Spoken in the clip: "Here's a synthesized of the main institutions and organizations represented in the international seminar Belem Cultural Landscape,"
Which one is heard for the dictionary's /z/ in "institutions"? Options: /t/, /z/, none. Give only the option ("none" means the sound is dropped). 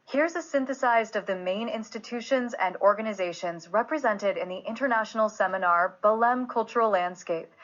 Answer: /z/